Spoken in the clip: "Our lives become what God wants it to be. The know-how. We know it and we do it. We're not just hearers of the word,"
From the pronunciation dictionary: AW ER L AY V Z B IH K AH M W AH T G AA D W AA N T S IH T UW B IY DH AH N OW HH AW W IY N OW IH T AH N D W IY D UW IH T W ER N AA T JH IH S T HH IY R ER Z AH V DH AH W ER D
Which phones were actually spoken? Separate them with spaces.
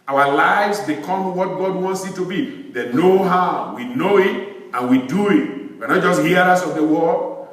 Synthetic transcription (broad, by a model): AW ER L AY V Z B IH K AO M W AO T G AA D W AA N T S IH T UW B IY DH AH N OW HH AW W IY N OW IH T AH N W IY D UW IH T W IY N AA T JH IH S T HH IY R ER S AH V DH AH W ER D